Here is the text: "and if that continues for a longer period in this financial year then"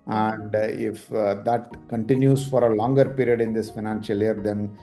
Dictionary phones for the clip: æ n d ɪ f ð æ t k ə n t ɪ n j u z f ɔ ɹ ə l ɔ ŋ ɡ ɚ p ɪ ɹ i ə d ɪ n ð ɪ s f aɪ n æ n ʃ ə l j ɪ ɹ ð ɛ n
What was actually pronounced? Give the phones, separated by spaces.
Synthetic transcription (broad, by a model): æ n d ɪ f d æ t k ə n t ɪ n j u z f ɔ ɹ ə l ɔ ŋ ɡ ɚ p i ɹ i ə d ɪ n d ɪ s f aɪ n æ n ʃ ə l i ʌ ɹ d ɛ n